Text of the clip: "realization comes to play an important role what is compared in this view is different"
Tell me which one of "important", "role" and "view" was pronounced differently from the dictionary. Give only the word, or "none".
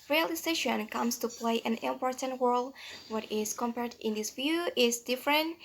role